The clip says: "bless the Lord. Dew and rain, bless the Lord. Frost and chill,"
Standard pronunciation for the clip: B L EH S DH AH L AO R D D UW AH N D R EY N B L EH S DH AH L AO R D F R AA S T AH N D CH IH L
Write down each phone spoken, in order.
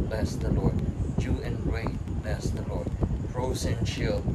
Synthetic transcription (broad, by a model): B L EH S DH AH L AO R D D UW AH N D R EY B L EH S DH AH L AO R D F R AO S AH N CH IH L